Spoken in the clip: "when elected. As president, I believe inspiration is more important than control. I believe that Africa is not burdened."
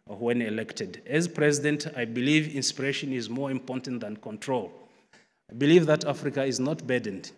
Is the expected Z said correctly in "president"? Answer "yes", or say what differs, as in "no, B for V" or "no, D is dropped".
yes